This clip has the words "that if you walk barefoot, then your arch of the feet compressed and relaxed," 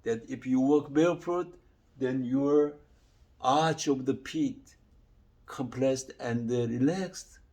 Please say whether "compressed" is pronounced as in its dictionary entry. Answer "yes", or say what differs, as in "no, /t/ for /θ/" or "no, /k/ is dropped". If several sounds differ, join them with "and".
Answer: no, /l/ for /ɹ/